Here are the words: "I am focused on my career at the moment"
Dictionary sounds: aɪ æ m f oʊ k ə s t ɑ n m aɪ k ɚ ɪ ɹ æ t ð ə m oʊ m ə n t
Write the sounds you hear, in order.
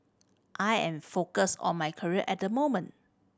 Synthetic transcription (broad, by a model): aɪ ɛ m f oʊ k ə s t ɑ n m aɪ k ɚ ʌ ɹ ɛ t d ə m oʊ m ə n t